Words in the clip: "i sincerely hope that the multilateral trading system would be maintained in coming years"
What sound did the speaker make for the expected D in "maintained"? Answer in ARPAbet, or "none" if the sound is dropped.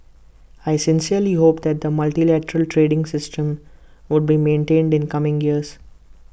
D